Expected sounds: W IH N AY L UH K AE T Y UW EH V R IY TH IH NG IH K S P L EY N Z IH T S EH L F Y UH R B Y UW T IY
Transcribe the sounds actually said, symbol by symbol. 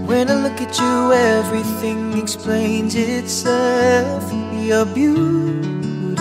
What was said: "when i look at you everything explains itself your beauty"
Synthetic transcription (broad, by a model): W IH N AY L UH K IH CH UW EH V R IY TH IH NG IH K S P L EY N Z IH T S EH L F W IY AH B Y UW